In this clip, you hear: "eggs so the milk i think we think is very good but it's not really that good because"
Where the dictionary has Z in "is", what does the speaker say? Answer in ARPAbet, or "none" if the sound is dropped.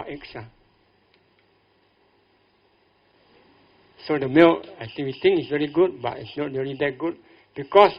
S